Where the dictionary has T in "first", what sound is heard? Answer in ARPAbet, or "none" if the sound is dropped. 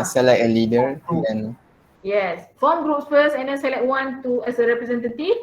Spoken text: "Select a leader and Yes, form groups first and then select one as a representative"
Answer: none